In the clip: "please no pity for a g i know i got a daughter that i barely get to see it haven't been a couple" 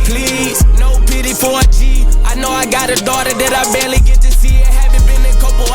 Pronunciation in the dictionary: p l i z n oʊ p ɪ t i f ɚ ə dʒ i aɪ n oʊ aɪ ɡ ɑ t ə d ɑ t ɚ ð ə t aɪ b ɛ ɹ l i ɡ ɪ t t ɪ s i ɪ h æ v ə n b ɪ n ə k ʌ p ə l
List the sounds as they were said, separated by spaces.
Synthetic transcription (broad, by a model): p l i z n oʊ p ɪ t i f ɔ ə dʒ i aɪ n oʊ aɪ ɡ ɑ t ə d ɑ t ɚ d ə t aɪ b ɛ l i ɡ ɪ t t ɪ s i ɪ h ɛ b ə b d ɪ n ə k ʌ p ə